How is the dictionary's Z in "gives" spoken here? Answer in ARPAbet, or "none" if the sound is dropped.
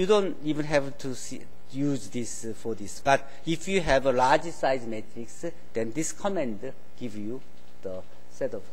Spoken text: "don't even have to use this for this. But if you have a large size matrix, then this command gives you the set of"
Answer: none